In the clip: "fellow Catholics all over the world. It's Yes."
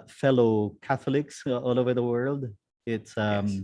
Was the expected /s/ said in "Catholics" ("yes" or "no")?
yes